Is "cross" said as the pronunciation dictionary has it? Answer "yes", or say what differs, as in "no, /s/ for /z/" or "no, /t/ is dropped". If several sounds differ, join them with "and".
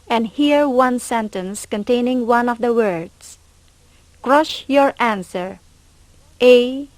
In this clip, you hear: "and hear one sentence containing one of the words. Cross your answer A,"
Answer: no, /ʃ/ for /s/